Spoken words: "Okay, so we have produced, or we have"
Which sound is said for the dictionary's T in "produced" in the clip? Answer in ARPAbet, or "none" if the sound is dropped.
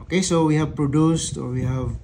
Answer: T